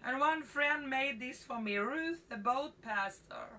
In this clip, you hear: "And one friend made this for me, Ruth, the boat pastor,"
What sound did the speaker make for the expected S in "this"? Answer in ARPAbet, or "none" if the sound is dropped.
S